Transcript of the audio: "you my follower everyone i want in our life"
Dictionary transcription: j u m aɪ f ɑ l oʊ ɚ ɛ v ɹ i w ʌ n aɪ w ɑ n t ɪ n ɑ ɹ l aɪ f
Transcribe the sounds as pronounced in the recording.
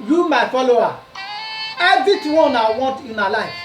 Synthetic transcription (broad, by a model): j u m aɪ f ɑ l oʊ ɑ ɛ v i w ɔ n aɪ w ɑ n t ɪ n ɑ l aɪ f